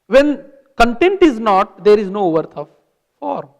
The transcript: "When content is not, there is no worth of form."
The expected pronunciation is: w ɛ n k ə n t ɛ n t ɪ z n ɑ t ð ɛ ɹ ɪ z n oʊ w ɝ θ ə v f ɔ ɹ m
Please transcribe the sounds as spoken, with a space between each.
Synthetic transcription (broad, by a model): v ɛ n k ə n t ɛ n t ɪ z n ɑ t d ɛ ɹ ɪ z n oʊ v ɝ t ə v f ɔ ɹ m